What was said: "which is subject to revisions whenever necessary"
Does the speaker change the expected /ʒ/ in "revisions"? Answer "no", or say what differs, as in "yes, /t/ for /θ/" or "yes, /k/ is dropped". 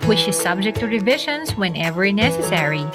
yes, /ʃ/ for /ʒ/